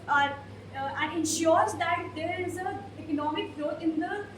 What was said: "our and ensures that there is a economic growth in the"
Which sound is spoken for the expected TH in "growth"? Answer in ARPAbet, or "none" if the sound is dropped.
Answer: T